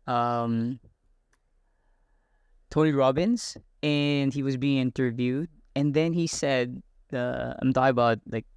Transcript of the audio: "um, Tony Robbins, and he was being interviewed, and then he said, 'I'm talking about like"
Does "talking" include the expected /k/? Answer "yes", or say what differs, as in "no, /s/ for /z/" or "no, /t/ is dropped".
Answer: no, /k/ is dropped